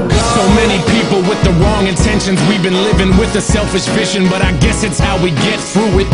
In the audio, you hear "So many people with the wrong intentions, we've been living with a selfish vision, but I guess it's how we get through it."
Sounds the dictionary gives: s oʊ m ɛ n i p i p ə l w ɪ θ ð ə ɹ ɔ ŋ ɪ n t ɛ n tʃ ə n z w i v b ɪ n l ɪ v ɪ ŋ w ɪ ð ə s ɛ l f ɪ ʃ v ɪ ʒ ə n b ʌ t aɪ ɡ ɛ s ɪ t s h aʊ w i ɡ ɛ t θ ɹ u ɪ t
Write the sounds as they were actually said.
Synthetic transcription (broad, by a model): s oʊ m ɛ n i p i p l w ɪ ð ə ɹ ɔ ŋ ɪ n t ɛ n ʃ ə n z w i v b ɪ n l ɪ v ɪ ŋ w ɪ ð ə s ɛ l f ɪ ʃ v ɪ ʃ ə n b ʌ t aɪ ɡ ɛ s ɪ t s h aʊ w i ɡ ɛ t θ ɹ u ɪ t